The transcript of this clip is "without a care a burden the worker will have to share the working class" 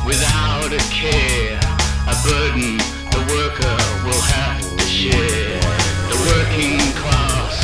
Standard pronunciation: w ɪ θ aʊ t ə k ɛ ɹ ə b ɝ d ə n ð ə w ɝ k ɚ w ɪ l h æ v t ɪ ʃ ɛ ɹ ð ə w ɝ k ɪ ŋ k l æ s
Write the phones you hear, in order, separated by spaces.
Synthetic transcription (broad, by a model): w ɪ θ aʊ t ə k ɛ ɹ ə b ɝ d n ð ə w ɝ k ɚ w ɪ l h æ f t ɪ ʃ ɛ ɹ ð ə w ɝ k ɪ ŋ k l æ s